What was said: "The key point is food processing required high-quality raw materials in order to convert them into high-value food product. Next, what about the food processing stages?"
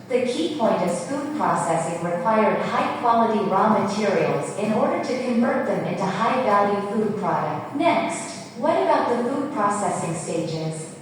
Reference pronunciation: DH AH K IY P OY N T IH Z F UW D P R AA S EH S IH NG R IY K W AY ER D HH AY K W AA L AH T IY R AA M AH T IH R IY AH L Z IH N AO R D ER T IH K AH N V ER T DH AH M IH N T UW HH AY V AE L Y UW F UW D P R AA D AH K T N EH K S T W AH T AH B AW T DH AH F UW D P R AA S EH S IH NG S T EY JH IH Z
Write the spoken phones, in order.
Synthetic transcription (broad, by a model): DH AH K IY P OY N T IH Z F UW D P R AA S EH S IH NG R IY K W AY ER D HH AY K W AA L AH T IY R AA M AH T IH R IY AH L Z IH N AO R D ER T IH K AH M V ER T DH AH M IH N T UW HH AY B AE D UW F UW D P R AA D AH K T N EH K S T W AH T AH B AW T DH AH F UW D P R AA S EH S IH NG S T EY JH IH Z